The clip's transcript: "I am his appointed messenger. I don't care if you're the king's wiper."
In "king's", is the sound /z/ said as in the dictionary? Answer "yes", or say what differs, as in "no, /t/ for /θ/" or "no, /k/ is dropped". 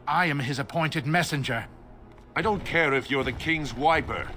yes